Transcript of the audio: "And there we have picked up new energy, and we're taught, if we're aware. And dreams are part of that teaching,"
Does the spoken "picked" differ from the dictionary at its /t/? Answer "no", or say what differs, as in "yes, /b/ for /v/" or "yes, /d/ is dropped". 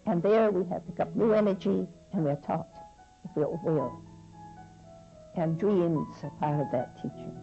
yes, /t/ is dropped